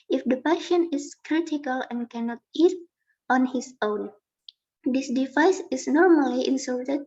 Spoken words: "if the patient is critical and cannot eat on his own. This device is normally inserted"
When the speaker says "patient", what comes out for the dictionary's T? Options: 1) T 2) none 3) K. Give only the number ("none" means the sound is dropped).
2